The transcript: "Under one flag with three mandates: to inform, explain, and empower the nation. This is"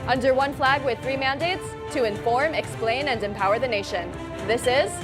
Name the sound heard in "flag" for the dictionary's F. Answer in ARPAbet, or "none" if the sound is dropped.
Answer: F